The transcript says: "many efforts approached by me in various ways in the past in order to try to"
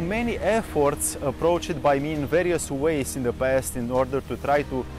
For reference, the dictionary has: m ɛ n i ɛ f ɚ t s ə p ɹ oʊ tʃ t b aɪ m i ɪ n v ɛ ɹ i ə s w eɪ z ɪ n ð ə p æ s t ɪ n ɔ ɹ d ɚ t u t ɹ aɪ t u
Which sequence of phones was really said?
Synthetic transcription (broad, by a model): m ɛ n i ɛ f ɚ t s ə p ɹ oʊ tʃ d b aɪ m i ɪ n v ɛ ɹ i ə s w eɪ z ɪ n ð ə p æ s t ɪ n ɔ ɹ d ɚ t u t ɹ aɪ t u